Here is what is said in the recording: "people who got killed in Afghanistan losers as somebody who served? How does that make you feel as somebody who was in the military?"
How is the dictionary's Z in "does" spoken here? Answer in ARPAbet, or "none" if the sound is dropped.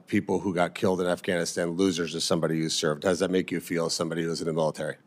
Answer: Z